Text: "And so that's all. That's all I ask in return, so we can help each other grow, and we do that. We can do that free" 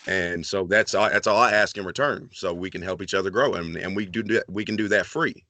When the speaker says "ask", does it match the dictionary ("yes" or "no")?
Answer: yes